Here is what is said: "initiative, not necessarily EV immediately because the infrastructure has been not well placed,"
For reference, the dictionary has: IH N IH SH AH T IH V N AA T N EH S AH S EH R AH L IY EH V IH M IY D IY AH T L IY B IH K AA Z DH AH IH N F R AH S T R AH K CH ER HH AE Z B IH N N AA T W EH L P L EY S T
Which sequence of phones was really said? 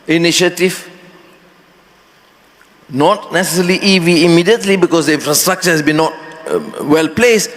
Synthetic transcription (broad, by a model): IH N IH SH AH T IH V N AA T N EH S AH S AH L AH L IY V IH M IY D IY AH T L IY B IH K AA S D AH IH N F R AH S T R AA K CH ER HH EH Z B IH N N AA T W EH L P L EY S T